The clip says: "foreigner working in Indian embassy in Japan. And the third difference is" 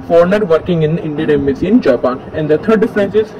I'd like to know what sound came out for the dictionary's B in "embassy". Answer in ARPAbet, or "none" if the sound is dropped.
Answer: none